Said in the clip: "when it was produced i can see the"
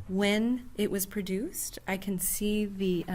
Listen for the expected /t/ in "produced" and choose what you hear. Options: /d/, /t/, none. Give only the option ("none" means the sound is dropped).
/t/